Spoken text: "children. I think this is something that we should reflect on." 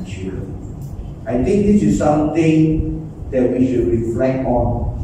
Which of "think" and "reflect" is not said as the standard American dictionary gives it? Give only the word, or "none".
think